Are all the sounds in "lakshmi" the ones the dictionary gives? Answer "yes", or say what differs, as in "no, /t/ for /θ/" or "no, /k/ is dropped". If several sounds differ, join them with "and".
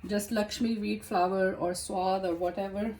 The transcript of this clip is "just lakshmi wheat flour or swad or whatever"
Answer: yes